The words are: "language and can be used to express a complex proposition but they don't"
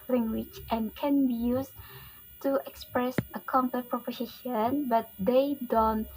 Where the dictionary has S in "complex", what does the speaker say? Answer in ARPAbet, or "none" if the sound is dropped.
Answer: none